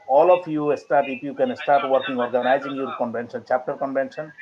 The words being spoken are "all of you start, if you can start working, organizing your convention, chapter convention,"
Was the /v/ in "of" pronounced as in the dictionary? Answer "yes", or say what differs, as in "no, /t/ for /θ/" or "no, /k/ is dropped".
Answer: no, /p/ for /v/